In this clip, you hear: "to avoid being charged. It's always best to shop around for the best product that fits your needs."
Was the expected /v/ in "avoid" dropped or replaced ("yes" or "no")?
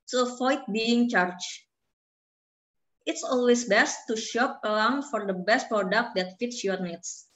yes